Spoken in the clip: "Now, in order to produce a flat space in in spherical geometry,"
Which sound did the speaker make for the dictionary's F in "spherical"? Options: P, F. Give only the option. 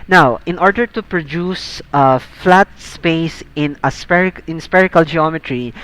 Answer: P